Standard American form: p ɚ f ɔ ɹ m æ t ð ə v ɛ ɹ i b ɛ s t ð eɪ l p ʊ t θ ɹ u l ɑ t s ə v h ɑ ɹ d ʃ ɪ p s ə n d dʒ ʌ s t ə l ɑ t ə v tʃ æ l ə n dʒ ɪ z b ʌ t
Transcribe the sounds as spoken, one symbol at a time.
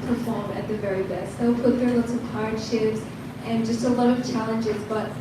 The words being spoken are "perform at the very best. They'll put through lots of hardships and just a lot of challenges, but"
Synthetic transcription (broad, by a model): p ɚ f ɔ ɹ m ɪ t ð ə v ɛ ɹ i b ɛ s t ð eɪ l p ʊ t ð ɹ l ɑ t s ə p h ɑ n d ʃ ɪ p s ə n dʒ ʌ s t ə l ɑ t ə v tʃ æ l ə n dʒ ɪ z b ʌ t